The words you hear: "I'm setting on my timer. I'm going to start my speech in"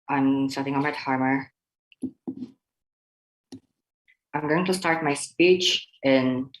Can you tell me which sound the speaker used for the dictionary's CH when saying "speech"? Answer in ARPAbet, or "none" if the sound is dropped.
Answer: CH